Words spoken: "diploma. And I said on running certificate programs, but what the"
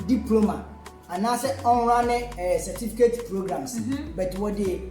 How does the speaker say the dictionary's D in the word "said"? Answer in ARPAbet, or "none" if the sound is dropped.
none